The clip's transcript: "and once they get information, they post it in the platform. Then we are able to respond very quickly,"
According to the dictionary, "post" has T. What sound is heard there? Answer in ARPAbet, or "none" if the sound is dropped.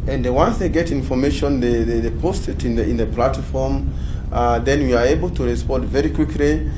T